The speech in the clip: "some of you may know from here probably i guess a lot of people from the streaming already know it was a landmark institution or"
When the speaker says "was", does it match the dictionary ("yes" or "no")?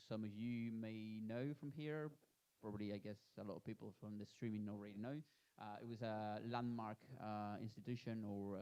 yes